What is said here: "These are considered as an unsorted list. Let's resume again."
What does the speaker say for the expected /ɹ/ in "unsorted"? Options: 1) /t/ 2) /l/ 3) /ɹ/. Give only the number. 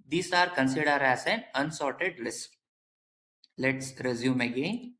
3